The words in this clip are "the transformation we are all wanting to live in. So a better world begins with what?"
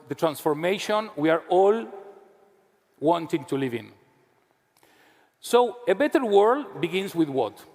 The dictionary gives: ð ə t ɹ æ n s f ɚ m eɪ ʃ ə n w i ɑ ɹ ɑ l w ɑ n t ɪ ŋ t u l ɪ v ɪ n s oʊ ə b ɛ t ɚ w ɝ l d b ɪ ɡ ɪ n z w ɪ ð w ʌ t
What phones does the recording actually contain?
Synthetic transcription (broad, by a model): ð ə t ɹ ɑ n s f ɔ m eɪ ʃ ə n w i ɑ ɹ ɑ l w ɑ n t ɪ ŋ t u l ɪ v ɪ n s oʊ ə b ɛ t ɚ w ɝ l d b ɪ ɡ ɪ n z w ɪ ð w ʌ t